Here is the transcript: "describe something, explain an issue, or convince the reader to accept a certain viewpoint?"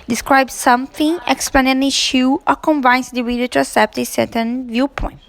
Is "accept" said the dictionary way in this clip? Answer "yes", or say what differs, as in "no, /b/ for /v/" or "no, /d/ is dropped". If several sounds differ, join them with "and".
no, /k/ is dropped